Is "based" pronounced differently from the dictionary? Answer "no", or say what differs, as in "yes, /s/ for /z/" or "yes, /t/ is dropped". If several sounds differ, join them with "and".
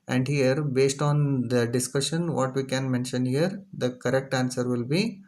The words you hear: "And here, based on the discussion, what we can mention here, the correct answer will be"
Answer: no